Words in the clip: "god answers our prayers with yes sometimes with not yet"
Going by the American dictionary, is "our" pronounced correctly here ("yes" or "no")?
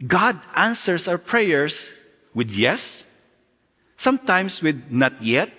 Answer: no